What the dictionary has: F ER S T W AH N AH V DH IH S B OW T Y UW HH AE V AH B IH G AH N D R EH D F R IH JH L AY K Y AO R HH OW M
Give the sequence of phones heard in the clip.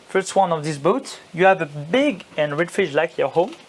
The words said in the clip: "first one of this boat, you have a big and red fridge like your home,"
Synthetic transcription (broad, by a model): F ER S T W AH N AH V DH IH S B OW T Y UW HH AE V AH B IH G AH N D R EH D F IH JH L AY K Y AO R HH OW M